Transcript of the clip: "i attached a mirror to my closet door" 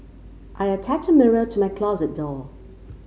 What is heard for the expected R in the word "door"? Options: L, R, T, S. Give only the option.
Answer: L